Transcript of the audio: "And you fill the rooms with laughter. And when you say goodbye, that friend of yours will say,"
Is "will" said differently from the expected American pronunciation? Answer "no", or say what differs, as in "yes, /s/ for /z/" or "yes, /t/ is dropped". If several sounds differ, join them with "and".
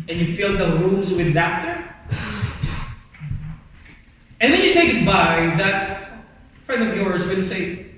yes, /n/ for /l/